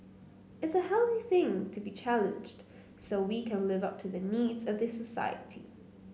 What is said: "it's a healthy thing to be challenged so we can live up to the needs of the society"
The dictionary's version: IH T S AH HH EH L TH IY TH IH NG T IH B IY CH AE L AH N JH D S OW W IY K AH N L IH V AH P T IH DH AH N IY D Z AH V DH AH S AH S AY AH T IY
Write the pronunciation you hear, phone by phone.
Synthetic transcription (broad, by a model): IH T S AH HH EH L TH IY TH IH NG T IH B IY CH AE L AH N JH D S OW W IY K AH N L IH V AH P T IH DH AH N IY D Z AH V DH AH S AH S AY AH T IY